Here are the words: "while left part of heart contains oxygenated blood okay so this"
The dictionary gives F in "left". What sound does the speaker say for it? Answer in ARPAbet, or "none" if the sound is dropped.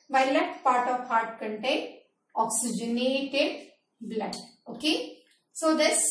none